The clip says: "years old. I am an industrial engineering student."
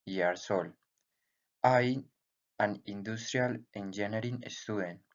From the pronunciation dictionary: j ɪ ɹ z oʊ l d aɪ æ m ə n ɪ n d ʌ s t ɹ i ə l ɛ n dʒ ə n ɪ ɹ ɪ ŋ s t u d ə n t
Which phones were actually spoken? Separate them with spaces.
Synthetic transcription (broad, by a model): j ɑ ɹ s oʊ l aɪ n ə n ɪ n d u s t ɹ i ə l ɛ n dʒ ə n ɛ ɹ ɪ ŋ s t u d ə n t